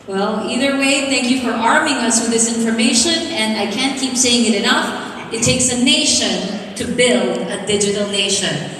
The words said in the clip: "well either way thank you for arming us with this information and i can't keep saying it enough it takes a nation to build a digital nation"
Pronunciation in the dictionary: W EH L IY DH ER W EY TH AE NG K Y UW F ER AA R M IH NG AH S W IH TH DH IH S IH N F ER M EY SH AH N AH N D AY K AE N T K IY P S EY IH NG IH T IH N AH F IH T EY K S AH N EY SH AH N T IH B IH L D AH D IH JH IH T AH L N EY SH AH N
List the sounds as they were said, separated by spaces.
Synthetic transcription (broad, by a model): W EH L IY DH ER W EY TH AE NG K Y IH F ER AA R M IH NG AH S W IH DH IH S IH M F ER M EY SH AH N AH N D AY K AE N K IY P S EY IH NG IH T IH N AH F IH T EY K S AH N EY SH AH N T IH B IH L D AH D IH JH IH T L N EY SH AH N